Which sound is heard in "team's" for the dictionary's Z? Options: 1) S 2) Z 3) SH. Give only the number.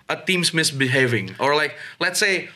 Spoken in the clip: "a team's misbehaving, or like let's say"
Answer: 1